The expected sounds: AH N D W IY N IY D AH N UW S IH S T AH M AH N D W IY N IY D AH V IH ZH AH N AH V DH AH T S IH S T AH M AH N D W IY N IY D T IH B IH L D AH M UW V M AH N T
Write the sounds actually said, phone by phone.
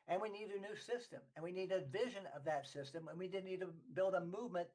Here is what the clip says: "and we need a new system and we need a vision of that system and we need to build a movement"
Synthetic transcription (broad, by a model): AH N W IY N IY D AH N UW S IH S T AH M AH N W IY N IY D AH V IH ZH AH N AH V DH AH T S IH S T AH M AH N W IY N IY D T IH B IH L D AH M UW V M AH N T